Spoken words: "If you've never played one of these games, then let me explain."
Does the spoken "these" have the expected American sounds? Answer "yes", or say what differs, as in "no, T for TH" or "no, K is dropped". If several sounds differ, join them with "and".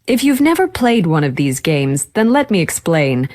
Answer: yes